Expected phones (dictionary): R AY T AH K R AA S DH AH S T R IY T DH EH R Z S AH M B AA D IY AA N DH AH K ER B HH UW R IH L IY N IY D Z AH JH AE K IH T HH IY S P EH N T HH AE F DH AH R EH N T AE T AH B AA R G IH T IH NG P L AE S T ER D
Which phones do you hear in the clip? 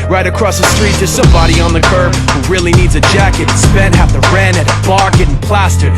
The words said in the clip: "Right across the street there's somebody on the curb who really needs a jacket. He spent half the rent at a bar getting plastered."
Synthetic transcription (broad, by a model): R AY T AH K R AA S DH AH S T R IY T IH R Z S AH M B AA D IY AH N DH AH K ER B HH UW R IH L IY N IY D Z AH JH AE K IH T S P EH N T HH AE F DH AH R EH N IH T AH B AA R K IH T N P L AE S T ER